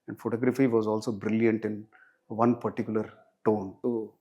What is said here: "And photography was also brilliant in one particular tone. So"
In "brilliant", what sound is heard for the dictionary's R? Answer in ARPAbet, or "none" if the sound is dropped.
R